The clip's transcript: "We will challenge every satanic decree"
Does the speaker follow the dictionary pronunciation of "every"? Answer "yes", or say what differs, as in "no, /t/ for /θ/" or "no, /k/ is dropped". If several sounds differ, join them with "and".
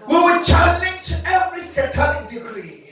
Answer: yes